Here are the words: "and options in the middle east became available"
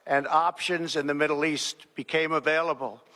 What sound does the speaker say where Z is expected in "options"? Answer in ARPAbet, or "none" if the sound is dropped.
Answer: Z